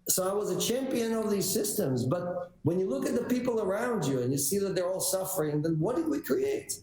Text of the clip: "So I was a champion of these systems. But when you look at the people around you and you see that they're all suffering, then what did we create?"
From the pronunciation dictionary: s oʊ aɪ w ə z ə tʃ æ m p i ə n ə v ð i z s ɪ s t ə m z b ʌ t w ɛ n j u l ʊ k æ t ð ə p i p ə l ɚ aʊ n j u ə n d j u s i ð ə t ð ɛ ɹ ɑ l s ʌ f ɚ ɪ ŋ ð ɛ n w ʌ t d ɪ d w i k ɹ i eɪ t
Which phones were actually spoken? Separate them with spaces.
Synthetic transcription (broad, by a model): s oʊ aɪ w ə z ə tʃ æ m p i ə n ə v ð i z s ɪ s t ə m z b ʌ t w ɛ n j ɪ l ʊ k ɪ t ð ə p i p l ɚ aʊ n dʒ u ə n j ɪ s i ð ə t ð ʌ ɹ ɑ l s ʌ f ɚ ɪ ŋ ð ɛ n w ʌ t d ɪ d w i k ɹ i eɪ t